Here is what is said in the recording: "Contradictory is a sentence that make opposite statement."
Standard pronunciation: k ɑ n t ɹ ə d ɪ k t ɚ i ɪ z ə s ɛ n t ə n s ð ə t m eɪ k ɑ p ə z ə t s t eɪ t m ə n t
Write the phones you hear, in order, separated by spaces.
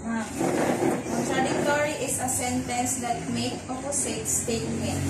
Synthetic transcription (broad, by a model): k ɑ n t ɹ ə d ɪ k t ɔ i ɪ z ə s ɛ n t ə n s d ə t m eɪ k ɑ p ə s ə t s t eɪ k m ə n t